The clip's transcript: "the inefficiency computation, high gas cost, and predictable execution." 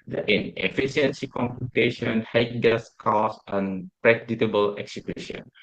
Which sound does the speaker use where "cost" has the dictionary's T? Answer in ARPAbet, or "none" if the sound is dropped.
none